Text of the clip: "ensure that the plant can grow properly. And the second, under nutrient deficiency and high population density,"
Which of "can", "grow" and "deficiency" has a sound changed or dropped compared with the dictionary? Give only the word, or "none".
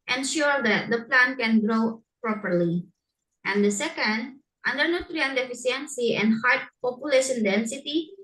deficiency